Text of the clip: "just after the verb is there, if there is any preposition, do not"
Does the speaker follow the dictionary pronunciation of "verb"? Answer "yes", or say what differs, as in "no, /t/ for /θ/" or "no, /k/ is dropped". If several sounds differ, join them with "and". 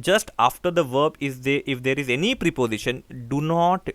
yes